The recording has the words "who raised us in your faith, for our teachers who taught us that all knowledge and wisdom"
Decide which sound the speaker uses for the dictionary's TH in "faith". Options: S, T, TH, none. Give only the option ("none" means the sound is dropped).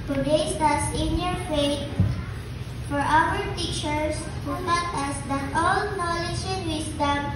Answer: T